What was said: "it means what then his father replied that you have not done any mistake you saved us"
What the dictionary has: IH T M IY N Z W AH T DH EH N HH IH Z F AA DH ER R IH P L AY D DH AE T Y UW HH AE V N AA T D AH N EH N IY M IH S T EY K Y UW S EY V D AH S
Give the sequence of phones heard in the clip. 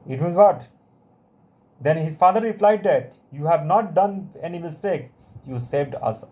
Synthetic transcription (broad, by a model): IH T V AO Z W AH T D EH N HH IH Z F AA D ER R IH P L AY D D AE T Y UW HH AE V N AA T D AH N EH N IY M IH S T EY K Y UW S EY V D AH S